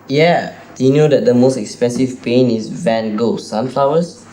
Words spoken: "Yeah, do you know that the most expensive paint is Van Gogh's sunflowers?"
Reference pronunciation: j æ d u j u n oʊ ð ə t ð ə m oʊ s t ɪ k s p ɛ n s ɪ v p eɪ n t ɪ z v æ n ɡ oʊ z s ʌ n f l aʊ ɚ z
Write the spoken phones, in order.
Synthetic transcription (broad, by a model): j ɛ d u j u n oʊ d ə t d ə m oʊ s t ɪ k s p ɛ n s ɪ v p eɪ n ɪ s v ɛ n ɡ oʊ s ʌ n f l aʊ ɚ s